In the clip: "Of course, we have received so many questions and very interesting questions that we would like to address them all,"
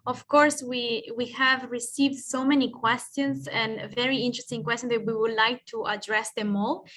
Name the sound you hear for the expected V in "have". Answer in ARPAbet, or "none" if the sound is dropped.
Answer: V